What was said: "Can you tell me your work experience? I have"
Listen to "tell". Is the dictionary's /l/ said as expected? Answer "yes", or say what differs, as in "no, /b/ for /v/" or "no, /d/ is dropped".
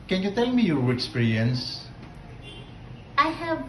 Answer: yes